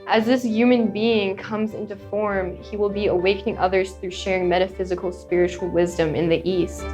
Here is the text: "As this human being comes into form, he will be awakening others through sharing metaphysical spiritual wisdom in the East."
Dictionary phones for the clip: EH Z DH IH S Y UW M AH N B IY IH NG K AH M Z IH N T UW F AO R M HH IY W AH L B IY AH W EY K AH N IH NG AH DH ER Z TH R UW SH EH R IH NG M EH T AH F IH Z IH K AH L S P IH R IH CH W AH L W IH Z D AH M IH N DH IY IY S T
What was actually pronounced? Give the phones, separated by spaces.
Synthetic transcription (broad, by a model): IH Z DH IH S Y UW M AH N B IY IH NG K AH M Z IH N T UW F AO R M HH IY W AH L B IY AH W EY K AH N IH NG AH DH ER Z TH R UW SH EH R IH NG M EH T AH F IH Z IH K L S P IH R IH CH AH L W IH Z D AH M IH N DH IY IY S T